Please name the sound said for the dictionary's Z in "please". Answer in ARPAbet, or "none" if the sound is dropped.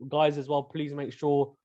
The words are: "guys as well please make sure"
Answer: Z